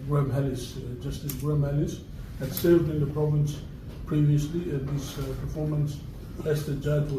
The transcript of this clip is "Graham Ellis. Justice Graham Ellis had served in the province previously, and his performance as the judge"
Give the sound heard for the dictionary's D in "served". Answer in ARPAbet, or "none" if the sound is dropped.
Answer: D